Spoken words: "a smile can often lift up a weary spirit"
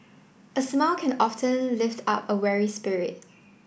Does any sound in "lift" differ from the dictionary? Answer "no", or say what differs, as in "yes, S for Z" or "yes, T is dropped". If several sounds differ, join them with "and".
no